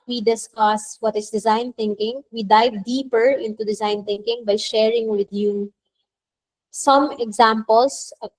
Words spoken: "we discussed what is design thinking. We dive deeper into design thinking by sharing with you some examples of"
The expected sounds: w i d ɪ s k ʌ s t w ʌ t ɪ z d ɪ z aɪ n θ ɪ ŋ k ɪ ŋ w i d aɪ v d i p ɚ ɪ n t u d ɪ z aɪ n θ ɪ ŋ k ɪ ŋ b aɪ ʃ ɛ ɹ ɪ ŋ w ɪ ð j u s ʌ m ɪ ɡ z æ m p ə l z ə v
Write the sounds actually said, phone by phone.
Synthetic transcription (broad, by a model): w i d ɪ s k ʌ s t w ʌ t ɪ s d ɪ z aɪ n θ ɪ ŋ k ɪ ŋ w i d aɪ v d i p ɚ ɪ n t u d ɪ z aɪ n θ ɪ ŋ k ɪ ŋ b aɪ ʃ ɛ ɹ ɪ ŋ w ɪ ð j u s ʌ m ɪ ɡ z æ m p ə l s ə